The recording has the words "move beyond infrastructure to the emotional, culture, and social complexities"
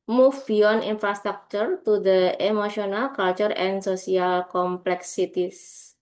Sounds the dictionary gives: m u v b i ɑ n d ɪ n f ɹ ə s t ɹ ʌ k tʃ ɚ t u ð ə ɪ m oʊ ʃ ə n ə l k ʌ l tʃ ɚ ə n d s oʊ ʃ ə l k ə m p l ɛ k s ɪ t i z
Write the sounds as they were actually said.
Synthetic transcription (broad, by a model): m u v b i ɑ n i n f ɹ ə s t ɹ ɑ k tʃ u t u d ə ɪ m oʊ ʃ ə n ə l k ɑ l tʃ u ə n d s oʊ s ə l k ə m p l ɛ k s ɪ t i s